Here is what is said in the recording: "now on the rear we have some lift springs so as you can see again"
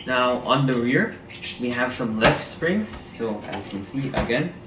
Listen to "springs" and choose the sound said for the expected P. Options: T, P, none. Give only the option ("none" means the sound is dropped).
P